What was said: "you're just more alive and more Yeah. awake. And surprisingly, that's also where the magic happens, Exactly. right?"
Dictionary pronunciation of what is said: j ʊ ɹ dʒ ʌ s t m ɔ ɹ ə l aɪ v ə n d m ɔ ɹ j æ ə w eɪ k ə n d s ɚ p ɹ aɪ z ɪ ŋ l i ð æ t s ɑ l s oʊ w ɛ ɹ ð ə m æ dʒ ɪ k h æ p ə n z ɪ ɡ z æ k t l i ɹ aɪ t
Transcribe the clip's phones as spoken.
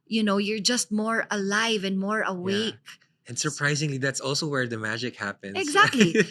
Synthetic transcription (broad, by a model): j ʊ ɹ dʒ ʌ s t m ɔ ɹ ə l aɪ v ə n d m ɔ ɹ ə w eɪ k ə n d s ɚ p ɹ aɪ z ɪ ŋ l i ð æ t s ɑ l s oʊ w ɛ ɹ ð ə m æ dʒ ɪ k h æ p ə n ɪ ɡ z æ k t l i